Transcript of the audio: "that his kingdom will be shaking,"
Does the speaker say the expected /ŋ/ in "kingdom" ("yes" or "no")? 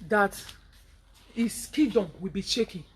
no